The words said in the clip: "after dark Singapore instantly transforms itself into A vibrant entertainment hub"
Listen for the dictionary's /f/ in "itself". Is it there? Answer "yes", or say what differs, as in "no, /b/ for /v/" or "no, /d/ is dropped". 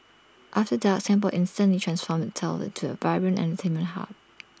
no, /f/ is dropped